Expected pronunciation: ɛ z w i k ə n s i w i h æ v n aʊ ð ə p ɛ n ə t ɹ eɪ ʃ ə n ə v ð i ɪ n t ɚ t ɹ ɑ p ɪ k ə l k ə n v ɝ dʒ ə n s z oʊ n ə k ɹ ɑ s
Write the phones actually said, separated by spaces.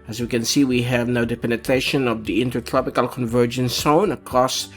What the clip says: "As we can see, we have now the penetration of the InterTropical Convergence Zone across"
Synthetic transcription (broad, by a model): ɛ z w i k ə n s i w i h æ v n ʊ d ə p ɛ n ə t ɹ eɪ ʃ ə n ə v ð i ɪ n t ɚ t ɹ ɑ p ɪ k ə l k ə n v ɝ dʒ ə n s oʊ n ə k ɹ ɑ s